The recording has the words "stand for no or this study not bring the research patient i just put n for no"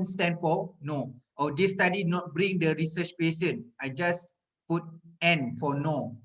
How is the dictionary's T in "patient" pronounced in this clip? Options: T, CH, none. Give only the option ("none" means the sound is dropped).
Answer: none